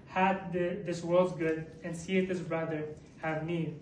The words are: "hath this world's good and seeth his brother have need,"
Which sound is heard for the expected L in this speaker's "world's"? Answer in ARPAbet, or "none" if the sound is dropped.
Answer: L